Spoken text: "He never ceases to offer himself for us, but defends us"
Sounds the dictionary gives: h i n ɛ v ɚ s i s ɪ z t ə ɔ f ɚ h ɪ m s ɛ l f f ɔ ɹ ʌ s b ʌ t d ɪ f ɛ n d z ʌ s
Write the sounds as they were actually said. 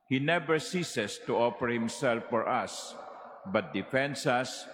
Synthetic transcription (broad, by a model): h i n ɛ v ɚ s i s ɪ s t ə ɔ f ɚ h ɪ m s ɛ l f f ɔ ɹ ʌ s b ʌ t d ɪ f ɛ n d s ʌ s